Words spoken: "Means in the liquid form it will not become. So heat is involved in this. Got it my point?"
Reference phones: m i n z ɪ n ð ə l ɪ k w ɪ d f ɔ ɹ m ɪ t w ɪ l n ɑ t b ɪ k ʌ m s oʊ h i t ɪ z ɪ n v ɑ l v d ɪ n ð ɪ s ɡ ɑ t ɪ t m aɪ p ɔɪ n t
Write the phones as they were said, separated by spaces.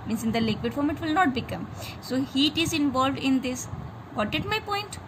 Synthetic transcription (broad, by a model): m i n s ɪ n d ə l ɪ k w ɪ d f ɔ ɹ m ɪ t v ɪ l n ɑ t b ɪ k ʌ m s oʊ h i t ɪ z ɪ n v ɑ l v d ɪ n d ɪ s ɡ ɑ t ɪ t m aɪ p ɔɪ n t